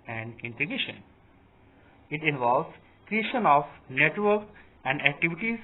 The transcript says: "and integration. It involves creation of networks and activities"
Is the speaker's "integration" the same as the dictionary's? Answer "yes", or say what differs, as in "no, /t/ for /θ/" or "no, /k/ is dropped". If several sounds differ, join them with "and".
no, /ɹ/ is dropped